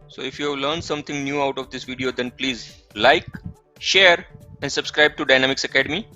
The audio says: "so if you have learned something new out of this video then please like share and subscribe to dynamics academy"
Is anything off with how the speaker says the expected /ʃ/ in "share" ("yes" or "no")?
no